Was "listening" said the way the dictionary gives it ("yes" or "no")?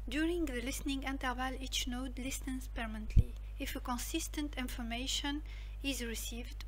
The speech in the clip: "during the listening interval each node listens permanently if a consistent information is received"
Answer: yes